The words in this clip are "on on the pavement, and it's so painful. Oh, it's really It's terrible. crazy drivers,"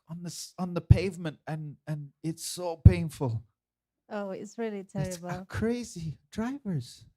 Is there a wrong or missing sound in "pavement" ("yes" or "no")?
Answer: no